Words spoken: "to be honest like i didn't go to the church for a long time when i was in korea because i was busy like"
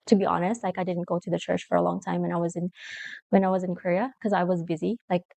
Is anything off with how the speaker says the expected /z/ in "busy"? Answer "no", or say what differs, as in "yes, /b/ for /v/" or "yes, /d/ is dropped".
no